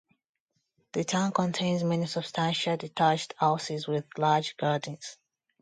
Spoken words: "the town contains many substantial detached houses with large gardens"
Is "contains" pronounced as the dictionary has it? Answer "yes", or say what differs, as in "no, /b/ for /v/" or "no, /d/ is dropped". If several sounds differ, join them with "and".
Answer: yes